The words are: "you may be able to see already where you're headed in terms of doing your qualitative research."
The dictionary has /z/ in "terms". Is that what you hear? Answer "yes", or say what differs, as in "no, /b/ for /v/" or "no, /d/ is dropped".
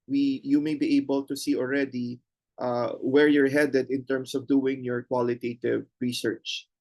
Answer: no, /s/ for /z/